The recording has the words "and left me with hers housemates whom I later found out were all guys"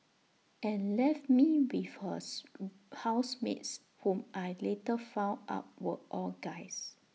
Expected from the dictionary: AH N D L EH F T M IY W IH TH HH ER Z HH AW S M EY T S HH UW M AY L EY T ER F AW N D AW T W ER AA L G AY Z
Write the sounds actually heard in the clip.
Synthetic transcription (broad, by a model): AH N L EH F T M IY W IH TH HH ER HH AW S M EY T S HH UW M AY L EY T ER F AW N AW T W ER AA L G AY S